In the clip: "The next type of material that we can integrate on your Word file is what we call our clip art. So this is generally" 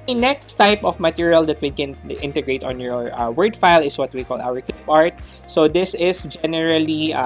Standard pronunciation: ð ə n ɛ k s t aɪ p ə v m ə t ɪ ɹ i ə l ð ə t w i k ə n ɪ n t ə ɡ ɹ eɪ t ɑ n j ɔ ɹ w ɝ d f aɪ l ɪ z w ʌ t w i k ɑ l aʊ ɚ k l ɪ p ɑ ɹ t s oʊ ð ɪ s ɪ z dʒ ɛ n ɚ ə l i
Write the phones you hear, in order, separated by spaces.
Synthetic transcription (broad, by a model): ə n ɛ k s t aɪ p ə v m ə t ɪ ɹ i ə l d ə t w i k ə n ɪ n t ə ɡ ɹ eɪ t ɑ n j ɔ ɹ w ɝ d f aɪ l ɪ s w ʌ t w i k ɑ l aʊ ɚ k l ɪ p ɑ ɹ t s oʊ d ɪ s ɪ s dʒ ɛ n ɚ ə l i